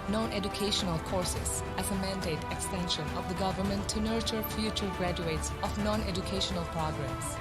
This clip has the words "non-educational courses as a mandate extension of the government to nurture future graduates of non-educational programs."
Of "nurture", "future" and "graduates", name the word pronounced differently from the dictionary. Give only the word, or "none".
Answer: none